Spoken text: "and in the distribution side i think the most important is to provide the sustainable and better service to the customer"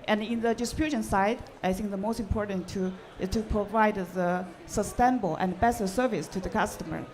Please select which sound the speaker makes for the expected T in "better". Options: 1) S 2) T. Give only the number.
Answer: 1